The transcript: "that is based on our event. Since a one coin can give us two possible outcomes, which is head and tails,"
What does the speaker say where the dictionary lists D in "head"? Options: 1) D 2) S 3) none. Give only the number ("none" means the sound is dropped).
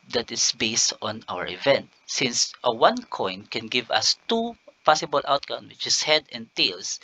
1